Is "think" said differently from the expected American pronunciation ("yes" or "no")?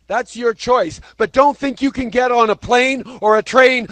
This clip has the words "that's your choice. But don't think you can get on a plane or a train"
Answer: no